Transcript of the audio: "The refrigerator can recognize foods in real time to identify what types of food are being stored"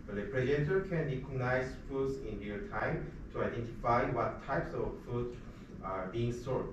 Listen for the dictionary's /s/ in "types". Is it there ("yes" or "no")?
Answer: yes